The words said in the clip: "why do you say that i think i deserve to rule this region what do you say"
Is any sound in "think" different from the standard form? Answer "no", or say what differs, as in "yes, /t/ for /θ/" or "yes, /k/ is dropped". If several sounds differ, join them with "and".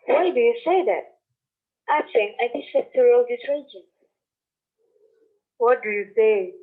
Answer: yes, /t/ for /θ/ and /k/ is dropped